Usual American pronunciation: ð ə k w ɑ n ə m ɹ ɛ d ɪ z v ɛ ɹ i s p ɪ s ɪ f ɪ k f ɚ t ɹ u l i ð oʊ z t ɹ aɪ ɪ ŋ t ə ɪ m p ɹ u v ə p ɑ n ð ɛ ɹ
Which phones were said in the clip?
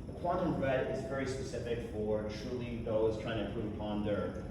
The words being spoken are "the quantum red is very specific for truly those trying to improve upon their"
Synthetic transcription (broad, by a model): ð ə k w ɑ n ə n ɹ ɛ d ɪ z v ɛ ɹ i s p ɪ s ɪ f ɪ k f ɚ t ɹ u l i ð oʊ z t ɹ aɪ ɪ ŋ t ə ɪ p u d ə p ɑ n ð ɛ ɹ